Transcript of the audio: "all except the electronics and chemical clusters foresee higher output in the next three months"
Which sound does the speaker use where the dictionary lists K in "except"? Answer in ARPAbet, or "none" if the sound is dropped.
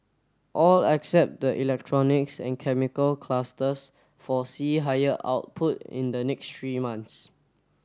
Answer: K